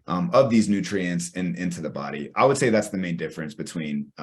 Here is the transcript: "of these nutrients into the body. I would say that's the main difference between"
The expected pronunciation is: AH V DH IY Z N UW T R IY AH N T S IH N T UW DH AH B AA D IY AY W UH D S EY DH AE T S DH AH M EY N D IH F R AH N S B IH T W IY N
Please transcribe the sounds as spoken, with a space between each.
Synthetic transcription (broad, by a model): AH V DH IY Z N UW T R IY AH N T S IH N T UW DH AH B AA D IY AY W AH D S EY DH AE T S DH AH M EY N D IH F R AH N S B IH T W IY N